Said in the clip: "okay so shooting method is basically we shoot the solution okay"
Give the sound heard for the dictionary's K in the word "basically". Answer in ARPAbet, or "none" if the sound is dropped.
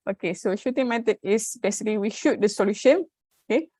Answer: none